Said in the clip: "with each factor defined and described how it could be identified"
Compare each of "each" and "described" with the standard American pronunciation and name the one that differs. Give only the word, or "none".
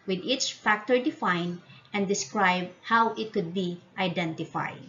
none